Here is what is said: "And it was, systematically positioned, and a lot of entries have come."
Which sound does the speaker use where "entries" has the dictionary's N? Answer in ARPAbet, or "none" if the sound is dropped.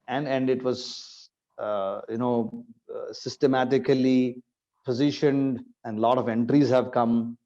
N